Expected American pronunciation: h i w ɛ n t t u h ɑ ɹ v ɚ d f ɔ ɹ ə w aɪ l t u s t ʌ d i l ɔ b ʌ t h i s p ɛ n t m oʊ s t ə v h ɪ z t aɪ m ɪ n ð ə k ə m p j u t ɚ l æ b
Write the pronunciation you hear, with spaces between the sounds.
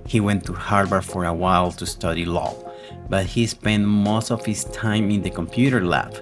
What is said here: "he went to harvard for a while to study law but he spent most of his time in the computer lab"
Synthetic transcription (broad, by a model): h i w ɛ n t t u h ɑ ɹ b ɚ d f ɔ ɹ ə w aɪ l t u s t ʌ d i l ɔ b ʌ t h i s p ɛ n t m oʊ s t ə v h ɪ s t aɪ m ɪ n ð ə k ə m p j u t ɚ l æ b